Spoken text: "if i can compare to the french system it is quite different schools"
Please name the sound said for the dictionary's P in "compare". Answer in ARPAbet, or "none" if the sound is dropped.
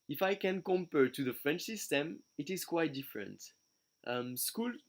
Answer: P